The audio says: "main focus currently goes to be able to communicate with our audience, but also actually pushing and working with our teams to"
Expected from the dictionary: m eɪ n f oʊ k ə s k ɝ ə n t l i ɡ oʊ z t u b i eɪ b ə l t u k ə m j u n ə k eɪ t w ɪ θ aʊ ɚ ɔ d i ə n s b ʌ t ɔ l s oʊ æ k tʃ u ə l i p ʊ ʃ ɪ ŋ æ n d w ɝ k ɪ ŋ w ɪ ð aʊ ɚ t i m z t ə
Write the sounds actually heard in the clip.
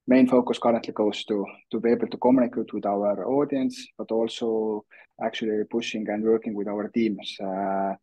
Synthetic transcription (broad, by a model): m eɪ n f oʊ k ə s k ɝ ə n t l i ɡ oʊ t t u b i eɪ b ə l t u k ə m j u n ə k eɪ t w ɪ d aʊ ɚ ɔ d i ə n s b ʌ t ɔ l s oʊ æ k tʃ u ə l i p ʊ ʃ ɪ ŋ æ n d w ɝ k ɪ ŋ w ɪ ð aʊ ɚ t i m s